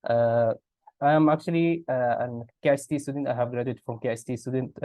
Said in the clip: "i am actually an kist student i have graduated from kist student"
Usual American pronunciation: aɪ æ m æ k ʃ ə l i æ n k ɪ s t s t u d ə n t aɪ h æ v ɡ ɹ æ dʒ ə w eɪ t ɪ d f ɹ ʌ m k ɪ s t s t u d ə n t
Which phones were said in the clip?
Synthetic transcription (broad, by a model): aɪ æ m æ k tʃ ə l i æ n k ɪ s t s t u d ə n t aɪ h æ v ɡ ɹ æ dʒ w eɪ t f ɹ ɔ m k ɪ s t s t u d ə n t